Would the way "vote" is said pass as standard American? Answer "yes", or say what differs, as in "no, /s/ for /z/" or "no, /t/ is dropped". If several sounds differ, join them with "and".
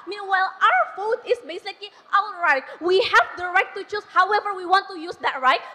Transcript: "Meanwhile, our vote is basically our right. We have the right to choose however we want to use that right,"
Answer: no, /f/ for /v/